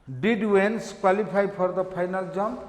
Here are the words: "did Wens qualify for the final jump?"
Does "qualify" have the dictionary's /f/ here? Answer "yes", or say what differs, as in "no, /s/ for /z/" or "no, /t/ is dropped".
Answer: no, /p/ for /f/